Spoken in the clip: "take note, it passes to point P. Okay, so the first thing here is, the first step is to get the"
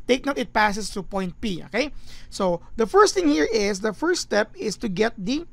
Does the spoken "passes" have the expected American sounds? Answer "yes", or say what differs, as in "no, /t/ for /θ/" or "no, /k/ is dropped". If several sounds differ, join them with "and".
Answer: no, /s/ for /z/